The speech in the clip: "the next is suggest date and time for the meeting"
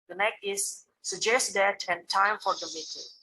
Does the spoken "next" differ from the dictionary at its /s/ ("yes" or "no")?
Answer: yes